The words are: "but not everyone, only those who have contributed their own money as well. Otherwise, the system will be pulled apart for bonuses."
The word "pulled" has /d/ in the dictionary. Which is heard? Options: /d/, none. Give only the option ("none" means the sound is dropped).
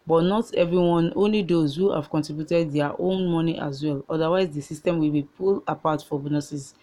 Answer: none